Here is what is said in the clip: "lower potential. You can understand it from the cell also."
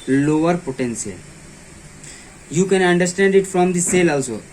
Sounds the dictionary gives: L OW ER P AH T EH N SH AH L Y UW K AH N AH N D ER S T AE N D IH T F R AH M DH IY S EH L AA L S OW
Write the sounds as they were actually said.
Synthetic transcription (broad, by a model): L OW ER P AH T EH N S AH L Y UW K AH N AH N D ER S T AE N D IH T F R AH M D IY S EH L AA L S OW